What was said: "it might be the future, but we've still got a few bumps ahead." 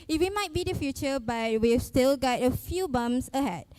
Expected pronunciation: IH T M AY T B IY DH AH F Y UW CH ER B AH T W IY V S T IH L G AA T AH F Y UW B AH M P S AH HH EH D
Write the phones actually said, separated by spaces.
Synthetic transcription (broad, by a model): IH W M AY T B IY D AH F Y UW CH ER B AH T W IY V S T IH L G AA T AH F Y UW B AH M S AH HH EH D